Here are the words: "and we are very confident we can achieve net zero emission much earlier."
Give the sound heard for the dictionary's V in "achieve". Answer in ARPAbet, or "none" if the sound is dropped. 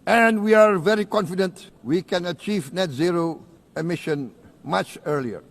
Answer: V